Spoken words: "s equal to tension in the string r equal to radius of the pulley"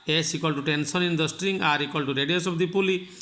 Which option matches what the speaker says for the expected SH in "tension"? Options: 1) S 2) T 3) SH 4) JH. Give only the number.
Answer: 1